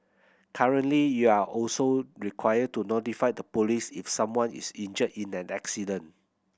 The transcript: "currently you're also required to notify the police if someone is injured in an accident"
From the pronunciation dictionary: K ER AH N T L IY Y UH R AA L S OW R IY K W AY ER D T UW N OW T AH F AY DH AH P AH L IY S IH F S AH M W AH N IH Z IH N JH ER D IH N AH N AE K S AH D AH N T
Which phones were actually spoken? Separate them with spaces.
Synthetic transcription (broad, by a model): K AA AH N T L IY Y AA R AA L S OW R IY K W AY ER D T UW N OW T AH F AY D AH P AH L IY S IH F S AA M W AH N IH S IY N JH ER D IH N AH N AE K S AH D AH N